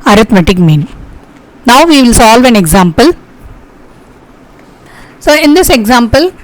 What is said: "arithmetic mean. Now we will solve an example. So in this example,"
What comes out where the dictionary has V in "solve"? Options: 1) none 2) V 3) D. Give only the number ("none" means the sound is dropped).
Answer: 2